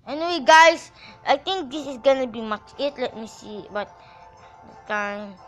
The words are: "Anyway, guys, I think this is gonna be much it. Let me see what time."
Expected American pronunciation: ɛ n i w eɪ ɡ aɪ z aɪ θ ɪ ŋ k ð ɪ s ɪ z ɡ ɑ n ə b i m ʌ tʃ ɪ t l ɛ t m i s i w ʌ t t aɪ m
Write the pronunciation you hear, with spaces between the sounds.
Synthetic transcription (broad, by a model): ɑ n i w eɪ ɡ aɪ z aɪ t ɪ ŋ k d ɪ s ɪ s ɡ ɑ n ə b i m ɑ tʃ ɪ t l ɛ t m i s i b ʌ t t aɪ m